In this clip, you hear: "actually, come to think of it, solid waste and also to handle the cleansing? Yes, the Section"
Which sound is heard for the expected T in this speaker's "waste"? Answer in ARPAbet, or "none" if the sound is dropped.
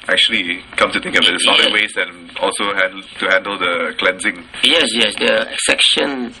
none